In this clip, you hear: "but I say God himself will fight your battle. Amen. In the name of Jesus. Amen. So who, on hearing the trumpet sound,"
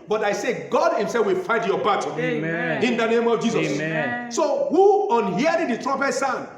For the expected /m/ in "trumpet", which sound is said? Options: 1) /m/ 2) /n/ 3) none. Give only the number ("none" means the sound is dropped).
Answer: 3